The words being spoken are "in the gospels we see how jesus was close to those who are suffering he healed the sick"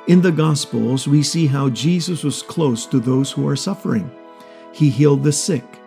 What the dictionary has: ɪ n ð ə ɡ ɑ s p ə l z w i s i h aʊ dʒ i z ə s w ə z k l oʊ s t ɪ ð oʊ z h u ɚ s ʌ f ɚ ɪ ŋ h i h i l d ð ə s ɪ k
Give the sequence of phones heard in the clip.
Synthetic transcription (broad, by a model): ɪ n ð ə ɡ ɑ s p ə l z w i s i h aʊ dʒ i z ə s w ə z k l oʊ s t ɪ ð oʊ z h u ɚ s ʌ f ɚ ɪ ŋ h i h i l d ð ə s ɪ k